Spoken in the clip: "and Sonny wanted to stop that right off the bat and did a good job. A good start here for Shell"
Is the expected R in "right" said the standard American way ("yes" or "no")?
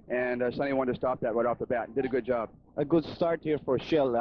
no